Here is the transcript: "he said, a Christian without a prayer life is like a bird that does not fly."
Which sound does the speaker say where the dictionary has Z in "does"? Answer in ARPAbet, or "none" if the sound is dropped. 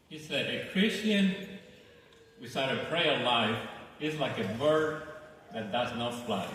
Z